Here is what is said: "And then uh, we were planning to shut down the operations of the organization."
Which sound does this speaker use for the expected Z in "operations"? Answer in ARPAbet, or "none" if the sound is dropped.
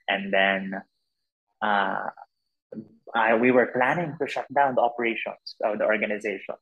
S